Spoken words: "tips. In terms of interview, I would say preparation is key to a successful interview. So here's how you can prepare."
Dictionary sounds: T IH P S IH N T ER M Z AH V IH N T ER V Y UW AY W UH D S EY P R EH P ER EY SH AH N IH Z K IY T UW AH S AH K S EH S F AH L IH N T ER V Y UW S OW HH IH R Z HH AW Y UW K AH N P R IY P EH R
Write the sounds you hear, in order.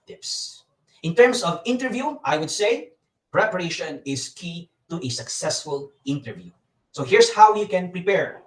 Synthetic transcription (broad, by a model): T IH P S IH N T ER M S AH V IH N T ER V Y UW AY W UH D S EY P R EH P ER EY SH AH N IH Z K IY T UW AH S AH K S EH S F AH L IH N T ER V Y UW S OW HH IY R S HH AW Y UW K AH N P R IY P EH R